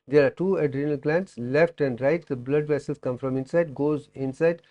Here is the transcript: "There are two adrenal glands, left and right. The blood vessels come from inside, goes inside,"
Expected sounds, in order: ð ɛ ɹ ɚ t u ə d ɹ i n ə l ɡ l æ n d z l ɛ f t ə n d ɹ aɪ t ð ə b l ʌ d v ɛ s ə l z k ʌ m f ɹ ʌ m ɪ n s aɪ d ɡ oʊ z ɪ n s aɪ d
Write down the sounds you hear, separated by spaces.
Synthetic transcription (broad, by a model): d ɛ ɹ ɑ t u ə d ɹ i n ə l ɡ l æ n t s l ɛ f t ə n d ɹ aɪ t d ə b l ʌ d v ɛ s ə l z k ʌ m f ɹ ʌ m ɪ n s aɪ d ɡ oʊ z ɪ n s aɪ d